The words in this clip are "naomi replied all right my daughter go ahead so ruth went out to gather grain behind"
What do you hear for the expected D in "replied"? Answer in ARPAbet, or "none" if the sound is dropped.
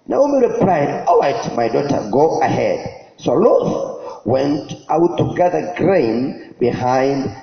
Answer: D